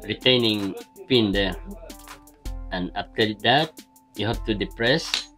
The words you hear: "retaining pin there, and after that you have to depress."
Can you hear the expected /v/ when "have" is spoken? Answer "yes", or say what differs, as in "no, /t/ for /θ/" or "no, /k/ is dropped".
no, /p/ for /v/